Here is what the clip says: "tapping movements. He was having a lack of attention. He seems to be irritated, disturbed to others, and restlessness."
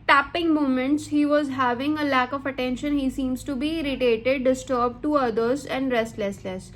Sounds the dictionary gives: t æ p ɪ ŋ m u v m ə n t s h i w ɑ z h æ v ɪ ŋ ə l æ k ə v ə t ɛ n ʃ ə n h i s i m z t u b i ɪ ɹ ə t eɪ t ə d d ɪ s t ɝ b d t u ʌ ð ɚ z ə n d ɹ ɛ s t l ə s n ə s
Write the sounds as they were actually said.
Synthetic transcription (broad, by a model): t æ p ɪ ŋ m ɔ m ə n t s h i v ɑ z h æ v ɪ ŋ ə l æ k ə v ə t ɛ n ʃ ə n h i s i m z t u b i ɪ ɹ ə t eɪ t ə d d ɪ s t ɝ b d t u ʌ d ɚ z ə n d ɹ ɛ s t l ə s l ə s